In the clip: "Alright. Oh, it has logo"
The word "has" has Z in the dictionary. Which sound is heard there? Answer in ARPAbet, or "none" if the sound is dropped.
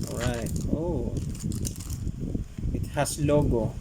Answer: S